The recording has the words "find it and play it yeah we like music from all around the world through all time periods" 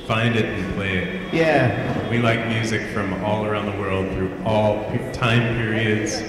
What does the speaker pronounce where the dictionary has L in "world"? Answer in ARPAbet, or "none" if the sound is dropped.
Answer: L